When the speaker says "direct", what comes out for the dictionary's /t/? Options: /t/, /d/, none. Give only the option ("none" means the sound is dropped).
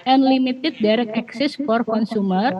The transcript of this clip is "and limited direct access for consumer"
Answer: none